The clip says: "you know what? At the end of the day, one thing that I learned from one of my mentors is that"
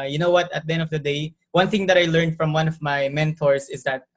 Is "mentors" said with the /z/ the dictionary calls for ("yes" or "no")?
no